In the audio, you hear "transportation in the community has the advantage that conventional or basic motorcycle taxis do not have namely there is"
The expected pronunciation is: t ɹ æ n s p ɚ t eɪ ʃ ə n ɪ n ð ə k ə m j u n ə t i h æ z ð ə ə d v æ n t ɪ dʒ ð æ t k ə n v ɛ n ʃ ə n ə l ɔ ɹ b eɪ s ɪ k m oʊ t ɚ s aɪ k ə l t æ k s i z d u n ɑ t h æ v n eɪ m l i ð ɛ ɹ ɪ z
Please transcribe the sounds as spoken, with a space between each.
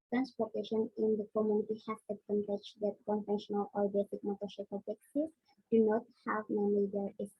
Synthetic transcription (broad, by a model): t ɹ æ n s p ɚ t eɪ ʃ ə n ɪ n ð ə k ə m j u n ə t i h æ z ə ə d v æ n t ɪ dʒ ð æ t k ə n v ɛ n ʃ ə n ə l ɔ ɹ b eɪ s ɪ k m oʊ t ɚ ʃ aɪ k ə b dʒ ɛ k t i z d u n ɑ t h æ v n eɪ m i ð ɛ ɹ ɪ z